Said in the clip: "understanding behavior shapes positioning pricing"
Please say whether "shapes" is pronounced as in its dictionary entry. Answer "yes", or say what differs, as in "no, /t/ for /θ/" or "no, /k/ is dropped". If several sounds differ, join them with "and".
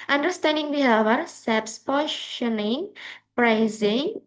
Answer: no, /s/ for /ʃ/